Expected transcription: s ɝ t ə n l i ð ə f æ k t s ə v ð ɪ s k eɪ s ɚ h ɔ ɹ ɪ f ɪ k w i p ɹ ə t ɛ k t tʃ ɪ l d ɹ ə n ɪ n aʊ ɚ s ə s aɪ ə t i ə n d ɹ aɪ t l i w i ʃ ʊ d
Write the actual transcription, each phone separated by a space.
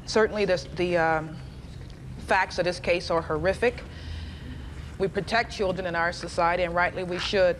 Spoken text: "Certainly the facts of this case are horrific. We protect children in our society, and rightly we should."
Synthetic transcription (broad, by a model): s ɝ t n l i ð ə f æ k t s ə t ð ɪ s k eɪ s ɚ h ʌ ɹ ɪ f ɪ k w i p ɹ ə t ɛ k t tʃ ɪ l d ɹ ə n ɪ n aʊ ɚ s ə s aɪ ə t i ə n ɹ aɪ t l i w i ʃ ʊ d